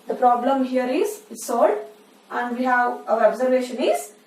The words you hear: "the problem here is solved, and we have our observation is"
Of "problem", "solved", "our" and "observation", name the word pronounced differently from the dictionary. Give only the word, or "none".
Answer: solved